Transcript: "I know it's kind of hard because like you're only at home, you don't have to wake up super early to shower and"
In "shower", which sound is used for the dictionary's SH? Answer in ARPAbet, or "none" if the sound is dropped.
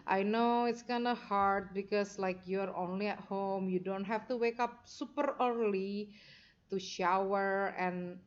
SH